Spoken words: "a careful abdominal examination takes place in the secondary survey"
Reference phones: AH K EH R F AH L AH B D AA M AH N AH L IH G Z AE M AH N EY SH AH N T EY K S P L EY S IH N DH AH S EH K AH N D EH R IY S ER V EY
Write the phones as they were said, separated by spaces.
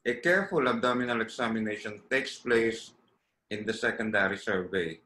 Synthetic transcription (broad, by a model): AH K EH R F AH L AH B D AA M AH N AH L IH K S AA M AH N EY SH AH N T EY K S P L EY S IH N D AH S EH K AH N D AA R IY S ER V EY